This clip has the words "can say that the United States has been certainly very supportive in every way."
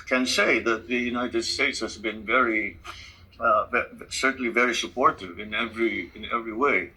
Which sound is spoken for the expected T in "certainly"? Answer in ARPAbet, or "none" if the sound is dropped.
S